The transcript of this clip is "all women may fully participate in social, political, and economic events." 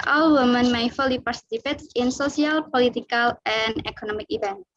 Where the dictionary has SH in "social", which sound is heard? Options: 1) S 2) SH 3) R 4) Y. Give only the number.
1